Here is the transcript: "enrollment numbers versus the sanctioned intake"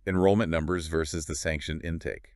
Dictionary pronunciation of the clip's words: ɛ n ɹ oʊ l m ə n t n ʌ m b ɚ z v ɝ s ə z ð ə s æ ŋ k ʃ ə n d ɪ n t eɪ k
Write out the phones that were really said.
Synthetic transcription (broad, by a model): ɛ n ɹ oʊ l m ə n n ʌ m b ɚ z v ɝ s ə z ð ə s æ ŋ k ʃ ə n ɪ n t eɪ k